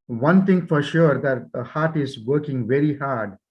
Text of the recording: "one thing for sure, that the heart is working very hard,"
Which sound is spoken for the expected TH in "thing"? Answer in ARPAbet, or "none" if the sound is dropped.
T